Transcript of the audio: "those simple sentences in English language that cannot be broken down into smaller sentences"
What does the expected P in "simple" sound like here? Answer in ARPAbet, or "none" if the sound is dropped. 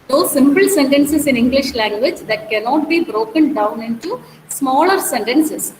P